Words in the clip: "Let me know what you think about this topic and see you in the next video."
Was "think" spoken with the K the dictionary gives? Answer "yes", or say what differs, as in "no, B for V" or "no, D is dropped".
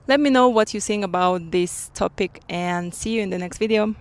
no, K is dropped